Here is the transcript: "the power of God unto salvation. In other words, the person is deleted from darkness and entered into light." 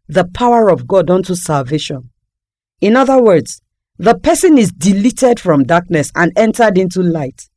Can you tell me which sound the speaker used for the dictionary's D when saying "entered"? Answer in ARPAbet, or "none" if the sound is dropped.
D